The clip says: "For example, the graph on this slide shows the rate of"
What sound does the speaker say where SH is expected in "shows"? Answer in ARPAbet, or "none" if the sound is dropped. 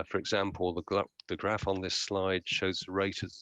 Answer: SH